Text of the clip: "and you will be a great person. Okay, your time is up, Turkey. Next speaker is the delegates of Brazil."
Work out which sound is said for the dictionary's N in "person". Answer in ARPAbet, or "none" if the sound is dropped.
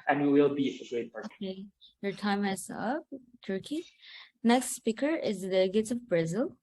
none